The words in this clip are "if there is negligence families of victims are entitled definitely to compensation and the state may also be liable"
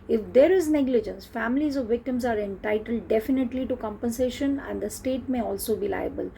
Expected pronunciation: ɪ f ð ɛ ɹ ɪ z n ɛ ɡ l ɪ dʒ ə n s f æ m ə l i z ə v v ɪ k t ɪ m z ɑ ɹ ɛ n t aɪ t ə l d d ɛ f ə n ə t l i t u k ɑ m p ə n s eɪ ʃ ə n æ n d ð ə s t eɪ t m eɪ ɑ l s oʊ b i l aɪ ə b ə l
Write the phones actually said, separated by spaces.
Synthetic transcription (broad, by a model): ɪ f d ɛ ɹ ɪ z n ɛ ɡ l ɪ dʒ ə n s f æ m ə l i z ə v v ɪ k t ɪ m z ɑ ɹ ɛ n t aɪ t ə l d d ɛ f ə n ə t l i t u k ɑ m p ə n s eɪ ʃ ə n æ n d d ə s t eɪ t m eɪ ɑ l s oʊ b i l aɪ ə b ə l